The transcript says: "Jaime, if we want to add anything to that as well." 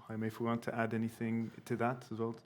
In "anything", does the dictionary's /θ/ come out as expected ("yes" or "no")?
yes